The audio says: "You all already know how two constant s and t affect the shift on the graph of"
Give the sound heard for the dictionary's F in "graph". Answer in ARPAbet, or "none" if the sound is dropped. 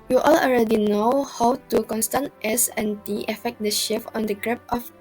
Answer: P